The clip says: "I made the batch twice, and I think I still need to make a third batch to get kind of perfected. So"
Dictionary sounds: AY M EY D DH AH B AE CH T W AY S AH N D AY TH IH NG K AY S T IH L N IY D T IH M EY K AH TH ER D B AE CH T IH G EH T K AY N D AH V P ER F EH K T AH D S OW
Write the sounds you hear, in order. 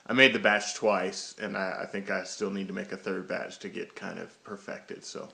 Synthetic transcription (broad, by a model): AY M EY D DH AH B AE CH T W AY S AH N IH AY TH IH NG K AY S T IH L N IY D T IH M EY K AH TH ER D B AE CH T IH G EH T K AY N D AH V P ER F EH K T AH D S OW